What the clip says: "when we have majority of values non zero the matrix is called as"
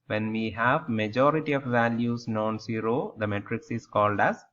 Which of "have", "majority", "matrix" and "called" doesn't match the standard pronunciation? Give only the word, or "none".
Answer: none